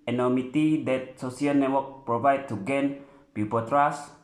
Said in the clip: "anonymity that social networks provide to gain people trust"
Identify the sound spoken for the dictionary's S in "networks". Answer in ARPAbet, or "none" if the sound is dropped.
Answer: none